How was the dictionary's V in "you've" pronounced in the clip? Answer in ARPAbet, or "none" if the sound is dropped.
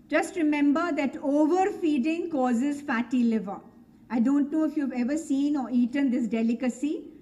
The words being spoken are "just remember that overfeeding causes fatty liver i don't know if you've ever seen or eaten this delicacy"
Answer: V